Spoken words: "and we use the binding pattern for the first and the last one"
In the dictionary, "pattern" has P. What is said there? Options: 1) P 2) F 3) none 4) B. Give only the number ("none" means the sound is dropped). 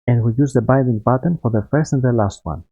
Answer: 4